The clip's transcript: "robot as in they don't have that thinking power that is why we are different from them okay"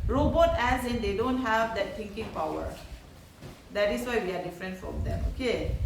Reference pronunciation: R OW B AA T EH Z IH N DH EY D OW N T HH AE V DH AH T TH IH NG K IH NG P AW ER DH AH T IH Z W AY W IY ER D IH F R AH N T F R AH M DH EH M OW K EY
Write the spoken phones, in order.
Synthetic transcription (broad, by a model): R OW B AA T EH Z IH N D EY D OW N T HH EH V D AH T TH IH NG K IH NG P AW ER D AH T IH S W AY W IY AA D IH F R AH N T F R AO M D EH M OW K EY